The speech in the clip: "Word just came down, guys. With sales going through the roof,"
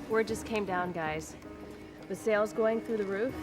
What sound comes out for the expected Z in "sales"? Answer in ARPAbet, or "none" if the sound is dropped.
Z